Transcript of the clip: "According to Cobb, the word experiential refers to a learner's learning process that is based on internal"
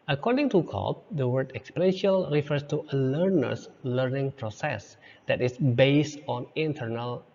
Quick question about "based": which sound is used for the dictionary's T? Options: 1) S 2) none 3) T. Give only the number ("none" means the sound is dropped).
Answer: 3